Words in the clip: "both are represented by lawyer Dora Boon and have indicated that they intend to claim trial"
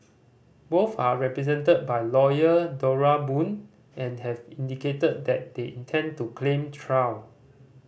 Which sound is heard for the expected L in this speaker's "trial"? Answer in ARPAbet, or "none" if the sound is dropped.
W